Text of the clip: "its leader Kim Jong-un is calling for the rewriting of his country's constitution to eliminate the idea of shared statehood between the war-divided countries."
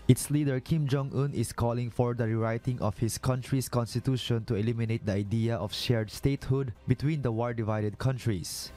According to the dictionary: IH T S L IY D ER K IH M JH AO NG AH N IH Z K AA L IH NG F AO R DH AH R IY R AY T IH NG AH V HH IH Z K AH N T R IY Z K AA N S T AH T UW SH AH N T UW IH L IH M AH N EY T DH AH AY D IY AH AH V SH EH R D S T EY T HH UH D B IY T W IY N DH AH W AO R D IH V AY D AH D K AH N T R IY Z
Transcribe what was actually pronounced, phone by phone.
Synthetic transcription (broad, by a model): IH T S L IY D ER K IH M JH AO NG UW N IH S K AA L IH NG F AO R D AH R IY R AY T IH NG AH F HH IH S K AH N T R IY S K AA N S T AH T UW SH AH N T UW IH L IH M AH N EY T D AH AY D IY AH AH F SH EH R D S T EY T HH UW D B IY T W IY N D AH W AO L D IH V AY D AH D K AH N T R IY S